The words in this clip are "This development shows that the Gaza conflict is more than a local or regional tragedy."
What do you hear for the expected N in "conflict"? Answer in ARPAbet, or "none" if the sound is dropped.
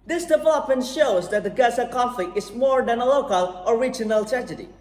none